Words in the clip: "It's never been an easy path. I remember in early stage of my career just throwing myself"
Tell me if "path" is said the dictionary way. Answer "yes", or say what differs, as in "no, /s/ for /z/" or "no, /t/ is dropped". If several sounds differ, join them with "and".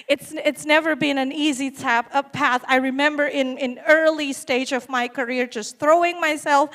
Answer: yes